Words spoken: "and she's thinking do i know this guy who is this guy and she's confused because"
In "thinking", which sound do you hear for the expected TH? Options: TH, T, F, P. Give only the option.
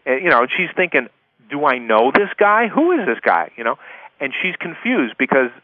TH